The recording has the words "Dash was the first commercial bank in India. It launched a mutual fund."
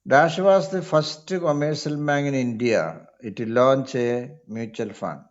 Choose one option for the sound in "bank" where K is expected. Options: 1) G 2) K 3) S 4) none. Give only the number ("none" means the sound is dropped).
4